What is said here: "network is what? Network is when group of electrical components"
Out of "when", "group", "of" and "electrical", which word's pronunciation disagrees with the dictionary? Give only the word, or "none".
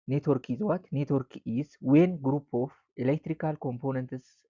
of